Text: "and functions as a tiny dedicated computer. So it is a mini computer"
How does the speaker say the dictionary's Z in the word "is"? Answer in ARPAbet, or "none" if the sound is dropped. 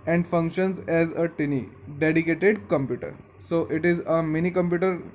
Z